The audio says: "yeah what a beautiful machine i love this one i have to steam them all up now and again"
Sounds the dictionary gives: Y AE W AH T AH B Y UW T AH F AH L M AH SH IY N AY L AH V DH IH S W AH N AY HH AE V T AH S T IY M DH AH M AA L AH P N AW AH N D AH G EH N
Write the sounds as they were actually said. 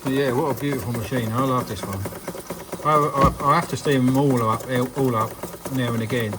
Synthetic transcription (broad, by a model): Y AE W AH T AH B Y UW T AH F AH L M AH SH IY N AY L AH V DH IH S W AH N AY HH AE F T AH S T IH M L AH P AA L AH P N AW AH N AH G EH N